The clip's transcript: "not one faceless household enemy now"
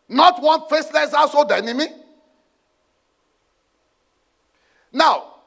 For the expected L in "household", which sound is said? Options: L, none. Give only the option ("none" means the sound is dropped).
none